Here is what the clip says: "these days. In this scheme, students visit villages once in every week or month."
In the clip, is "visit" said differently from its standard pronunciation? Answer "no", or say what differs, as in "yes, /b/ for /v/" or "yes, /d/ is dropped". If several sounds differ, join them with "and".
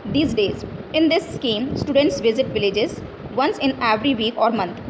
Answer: no